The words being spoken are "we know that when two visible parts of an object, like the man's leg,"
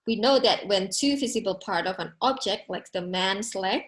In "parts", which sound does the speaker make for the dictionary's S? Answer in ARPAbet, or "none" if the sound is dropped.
none